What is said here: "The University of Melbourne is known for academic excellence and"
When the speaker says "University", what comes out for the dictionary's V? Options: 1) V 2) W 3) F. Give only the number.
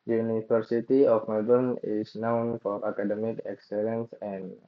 3